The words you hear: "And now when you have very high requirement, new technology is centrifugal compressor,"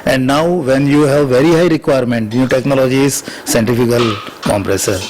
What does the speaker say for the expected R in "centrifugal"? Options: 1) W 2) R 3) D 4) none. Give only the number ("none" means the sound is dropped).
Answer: 4